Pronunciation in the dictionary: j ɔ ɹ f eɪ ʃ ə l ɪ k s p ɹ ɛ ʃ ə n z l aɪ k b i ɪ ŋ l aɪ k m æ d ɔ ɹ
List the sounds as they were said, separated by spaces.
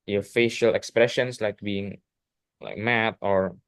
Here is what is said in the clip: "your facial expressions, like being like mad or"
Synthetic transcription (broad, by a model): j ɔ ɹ f eɪ ʃ ə l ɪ k s p ɹ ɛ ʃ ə n s l aɪ k b i ɪ ŋ l aɪ k m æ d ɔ ɹ